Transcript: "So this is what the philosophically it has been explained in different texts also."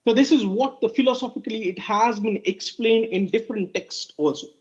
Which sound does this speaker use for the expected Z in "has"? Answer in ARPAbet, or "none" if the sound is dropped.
Z